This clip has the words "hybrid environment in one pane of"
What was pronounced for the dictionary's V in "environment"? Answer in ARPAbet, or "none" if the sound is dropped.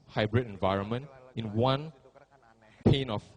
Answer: V